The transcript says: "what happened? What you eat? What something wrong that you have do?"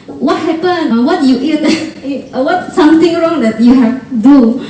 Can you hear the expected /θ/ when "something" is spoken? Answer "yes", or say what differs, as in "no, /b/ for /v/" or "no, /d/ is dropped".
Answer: no, /t/ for /θ/